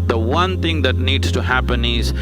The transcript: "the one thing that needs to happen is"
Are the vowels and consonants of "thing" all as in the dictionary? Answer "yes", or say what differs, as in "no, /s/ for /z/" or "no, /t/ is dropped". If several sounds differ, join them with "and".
no, /t/ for /θ/